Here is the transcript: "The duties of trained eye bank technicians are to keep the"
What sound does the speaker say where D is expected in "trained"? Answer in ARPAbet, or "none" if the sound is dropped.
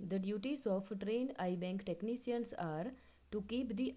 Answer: D